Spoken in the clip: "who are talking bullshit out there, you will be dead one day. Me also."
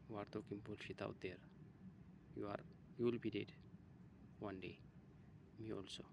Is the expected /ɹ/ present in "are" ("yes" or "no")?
yes